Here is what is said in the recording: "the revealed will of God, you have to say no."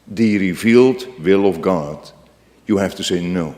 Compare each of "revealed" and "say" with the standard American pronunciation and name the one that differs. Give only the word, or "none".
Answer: none